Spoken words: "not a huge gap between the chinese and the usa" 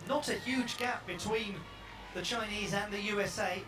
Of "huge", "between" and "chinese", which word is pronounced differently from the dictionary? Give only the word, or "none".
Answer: none